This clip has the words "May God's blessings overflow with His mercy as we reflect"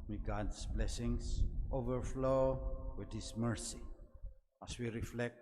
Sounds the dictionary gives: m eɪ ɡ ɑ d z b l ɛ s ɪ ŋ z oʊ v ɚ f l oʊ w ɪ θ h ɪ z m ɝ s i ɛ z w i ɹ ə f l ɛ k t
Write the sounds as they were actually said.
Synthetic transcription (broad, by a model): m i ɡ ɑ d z b l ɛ s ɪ ŋ s oʊ v ɚ f l oʊ w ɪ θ h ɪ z m ɝ s i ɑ s w i ɹ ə f l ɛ k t